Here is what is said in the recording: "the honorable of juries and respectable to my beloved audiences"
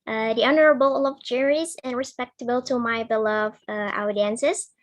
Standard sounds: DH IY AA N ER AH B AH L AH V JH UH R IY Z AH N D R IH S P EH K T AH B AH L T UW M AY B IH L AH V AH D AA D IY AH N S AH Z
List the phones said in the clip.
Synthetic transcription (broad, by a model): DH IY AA N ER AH B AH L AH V JH UH R IY Z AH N R IH S P EH K T AH B AH L T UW M AY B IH L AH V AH UH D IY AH N S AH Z